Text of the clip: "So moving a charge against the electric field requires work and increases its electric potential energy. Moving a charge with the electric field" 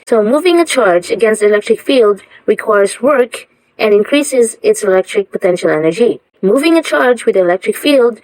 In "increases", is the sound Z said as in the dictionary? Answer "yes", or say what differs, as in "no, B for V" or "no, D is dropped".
yes